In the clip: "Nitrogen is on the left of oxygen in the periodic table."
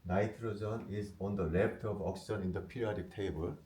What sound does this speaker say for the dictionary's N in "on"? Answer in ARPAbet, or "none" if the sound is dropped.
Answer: N